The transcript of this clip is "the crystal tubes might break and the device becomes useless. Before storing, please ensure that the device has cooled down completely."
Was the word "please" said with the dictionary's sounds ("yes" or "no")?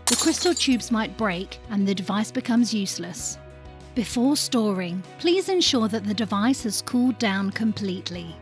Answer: yes